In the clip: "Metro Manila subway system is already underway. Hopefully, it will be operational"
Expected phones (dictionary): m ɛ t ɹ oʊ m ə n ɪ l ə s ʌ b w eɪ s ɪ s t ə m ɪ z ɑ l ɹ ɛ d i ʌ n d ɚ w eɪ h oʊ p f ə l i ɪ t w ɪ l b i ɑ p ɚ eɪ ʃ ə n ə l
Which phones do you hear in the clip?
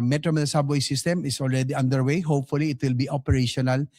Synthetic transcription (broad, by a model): m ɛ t ɹ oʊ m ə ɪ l s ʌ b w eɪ s ɪ s t ə m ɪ s ɑ l ɹ ɛ d i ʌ n d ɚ w eɪ h oʊ p f ə l i ɪ t w ɪ l b i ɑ p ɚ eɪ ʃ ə n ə l